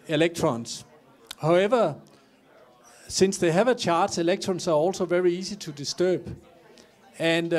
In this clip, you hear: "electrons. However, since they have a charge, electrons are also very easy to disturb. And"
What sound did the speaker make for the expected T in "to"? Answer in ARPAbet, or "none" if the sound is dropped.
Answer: S